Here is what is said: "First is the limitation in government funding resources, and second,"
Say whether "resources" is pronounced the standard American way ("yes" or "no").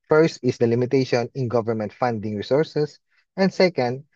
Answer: no